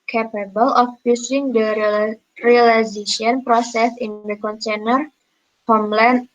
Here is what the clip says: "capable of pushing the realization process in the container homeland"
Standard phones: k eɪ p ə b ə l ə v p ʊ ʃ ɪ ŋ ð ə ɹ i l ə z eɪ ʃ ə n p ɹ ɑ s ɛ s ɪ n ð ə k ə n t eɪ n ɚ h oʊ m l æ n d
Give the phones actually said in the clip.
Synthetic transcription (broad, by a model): k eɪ p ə b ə l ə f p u s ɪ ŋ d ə ɹ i l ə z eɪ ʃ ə n p ɹ ɑ s ɛ s ɪ n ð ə k ə n t eɪ n ɚ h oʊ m l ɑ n